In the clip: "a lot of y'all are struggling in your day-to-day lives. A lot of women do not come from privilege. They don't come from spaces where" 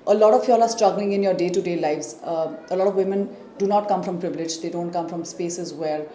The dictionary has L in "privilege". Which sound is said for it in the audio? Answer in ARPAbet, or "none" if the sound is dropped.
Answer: L